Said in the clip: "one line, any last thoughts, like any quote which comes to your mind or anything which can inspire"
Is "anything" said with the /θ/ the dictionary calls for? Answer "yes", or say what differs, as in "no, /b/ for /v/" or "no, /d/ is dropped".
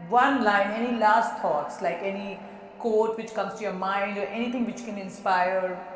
no, /t/ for /θ/